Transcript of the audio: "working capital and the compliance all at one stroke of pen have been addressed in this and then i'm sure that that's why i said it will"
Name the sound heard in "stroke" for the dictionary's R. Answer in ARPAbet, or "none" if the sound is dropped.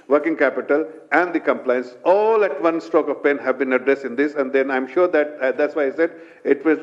none